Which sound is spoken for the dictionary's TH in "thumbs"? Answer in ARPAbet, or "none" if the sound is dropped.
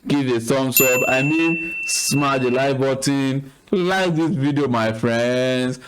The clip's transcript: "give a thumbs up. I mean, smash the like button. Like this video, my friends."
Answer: S